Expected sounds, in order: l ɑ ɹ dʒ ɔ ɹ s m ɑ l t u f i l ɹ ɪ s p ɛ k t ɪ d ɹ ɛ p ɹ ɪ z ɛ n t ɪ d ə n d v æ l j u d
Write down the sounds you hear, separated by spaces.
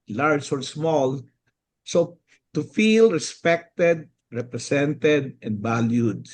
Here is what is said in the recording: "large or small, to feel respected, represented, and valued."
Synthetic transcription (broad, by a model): l ɑ ɹ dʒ ɔ ɹ s m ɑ l t u f i l ɹ ɪ s p ɛ k t ɪ d ɹ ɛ p ɹ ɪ s ɛ n t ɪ d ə n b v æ l j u d